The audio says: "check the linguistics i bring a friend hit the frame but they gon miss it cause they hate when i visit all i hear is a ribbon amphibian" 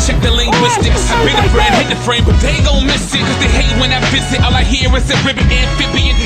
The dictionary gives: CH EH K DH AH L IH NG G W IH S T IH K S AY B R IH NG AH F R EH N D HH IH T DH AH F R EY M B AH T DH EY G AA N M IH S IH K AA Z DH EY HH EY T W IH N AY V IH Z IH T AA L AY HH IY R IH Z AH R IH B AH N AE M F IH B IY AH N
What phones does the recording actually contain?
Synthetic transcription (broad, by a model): CH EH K DH AH L IH NG G W IH S T IH K S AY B IH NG AH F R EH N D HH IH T DH AH F R EY M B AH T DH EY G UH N M IH S IH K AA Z DH EY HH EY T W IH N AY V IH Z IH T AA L AY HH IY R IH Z AH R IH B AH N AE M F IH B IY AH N